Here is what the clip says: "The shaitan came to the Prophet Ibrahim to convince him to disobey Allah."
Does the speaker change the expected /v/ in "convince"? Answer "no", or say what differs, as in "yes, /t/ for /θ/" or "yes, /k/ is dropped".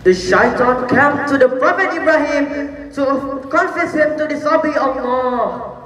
yes, /f/ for /v/